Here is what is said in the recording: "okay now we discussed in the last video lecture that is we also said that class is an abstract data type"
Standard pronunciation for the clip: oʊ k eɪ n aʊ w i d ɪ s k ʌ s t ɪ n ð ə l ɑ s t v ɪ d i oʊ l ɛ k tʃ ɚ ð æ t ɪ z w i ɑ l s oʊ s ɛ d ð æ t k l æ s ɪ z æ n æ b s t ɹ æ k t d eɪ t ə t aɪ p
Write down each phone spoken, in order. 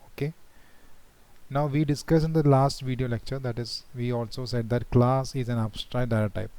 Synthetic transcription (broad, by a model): oʊ k eɪ n aʊ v i d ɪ s k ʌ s ɪ n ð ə l ɑ s t v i d i oʊ l ɛ k tʃ ɚ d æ t ɪ z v i ɑ l s oʊ s ɛ d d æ t k l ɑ s ɪ z æ n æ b s t ɹ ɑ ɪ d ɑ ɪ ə t aɪ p